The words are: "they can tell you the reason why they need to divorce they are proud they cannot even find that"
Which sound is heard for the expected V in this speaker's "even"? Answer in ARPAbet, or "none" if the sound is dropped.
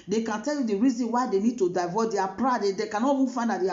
F